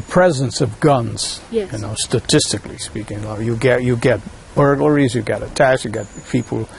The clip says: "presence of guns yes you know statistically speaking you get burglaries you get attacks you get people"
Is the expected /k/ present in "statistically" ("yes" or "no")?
yes